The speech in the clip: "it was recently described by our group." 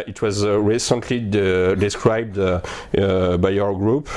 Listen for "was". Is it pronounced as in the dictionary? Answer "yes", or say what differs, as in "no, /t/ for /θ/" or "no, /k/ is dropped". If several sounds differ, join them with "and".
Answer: yes